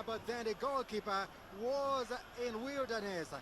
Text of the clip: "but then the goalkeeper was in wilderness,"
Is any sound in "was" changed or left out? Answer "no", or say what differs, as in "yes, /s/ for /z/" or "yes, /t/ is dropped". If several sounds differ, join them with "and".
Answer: no